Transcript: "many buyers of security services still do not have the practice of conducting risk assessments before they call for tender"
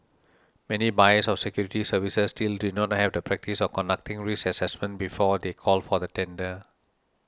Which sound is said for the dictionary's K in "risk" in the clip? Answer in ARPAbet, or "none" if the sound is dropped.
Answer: none